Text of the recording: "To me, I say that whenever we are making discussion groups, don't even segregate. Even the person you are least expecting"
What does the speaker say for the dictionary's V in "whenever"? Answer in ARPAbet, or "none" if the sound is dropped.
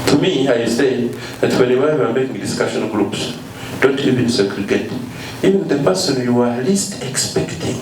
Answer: W